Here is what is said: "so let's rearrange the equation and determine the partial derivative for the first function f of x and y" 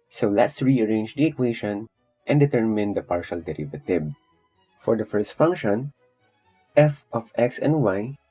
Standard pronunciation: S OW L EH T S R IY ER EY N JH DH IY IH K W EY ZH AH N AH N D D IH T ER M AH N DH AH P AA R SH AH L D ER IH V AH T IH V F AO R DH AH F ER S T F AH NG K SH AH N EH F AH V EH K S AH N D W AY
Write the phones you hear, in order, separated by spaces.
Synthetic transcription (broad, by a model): S OW L EH T S R IY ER EY N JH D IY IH K W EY SH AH N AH N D D IH T ER M AH N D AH P AA R SH AH L D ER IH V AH T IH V F AO R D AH F ER S T F AH NG K SH AH N EH F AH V EH K S AH N D W AY